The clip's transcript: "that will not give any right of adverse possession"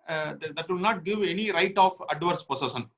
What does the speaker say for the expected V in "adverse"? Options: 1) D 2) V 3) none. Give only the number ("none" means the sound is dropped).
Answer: 2